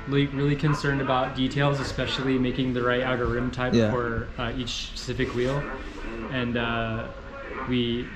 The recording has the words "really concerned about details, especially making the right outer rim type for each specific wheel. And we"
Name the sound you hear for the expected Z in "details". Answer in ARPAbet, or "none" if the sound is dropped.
Z